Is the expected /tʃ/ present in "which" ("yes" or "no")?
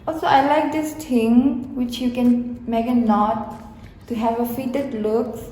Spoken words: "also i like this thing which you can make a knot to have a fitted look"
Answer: yes